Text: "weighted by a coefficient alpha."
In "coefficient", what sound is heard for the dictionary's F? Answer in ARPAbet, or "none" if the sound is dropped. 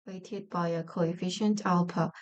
F